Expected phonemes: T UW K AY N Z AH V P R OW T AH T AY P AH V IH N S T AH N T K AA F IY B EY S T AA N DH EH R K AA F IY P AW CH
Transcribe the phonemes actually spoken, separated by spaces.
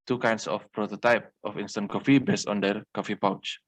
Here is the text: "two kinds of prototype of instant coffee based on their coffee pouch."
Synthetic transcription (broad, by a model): T UW K AY N S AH F P R OW T AH T AY P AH F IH N S T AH N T K AA F IY B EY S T AA N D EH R K AA F IY P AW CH